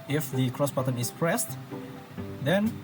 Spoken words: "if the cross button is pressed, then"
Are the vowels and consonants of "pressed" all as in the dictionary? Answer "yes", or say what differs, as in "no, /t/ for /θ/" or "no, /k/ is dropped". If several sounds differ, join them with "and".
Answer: yes